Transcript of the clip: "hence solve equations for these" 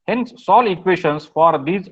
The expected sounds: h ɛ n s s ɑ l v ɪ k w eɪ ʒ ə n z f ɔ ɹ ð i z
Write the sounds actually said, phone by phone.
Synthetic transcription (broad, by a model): h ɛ n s s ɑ l ɪ k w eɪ ʃ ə n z f ɔ ɹ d i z